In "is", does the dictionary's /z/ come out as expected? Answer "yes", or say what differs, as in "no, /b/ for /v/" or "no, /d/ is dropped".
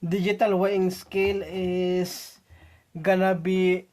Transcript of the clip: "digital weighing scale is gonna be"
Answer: no, /s/ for /z/